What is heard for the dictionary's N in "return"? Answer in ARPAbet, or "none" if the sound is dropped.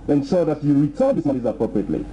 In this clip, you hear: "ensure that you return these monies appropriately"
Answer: L